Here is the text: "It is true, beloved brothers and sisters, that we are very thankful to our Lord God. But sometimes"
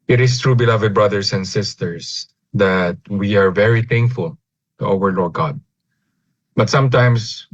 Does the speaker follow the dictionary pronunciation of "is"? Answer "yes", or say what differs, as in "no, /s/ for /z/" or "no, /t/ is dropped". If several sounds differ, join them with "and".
no, /s/ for /z/